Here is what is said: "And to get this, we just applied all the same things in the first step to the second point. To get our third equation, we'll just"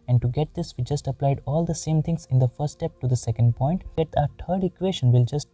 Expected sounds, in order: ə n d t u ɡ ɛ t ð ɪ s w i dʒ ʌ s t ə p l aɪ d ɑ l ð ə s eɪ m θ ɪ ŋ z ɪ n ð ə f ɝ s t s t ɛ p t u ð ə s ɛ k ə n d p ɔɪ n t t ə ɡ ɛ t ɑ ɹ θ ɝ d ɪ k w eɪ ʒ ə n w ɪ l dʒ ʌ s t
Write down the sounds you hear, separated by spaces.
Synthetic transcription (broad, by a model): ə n d t u ɡ ɛ t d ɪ s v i dʒ ʌ s t ə p l aɪ d ɑ l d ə s eɪ m t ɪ ŋ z ɪ n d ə f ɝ t s t ɛ p t u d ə s ɛ k ə n d p ɔɪ n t t ə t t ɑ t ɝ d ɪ k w eɪ ʃ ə n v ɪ l dʒ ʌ s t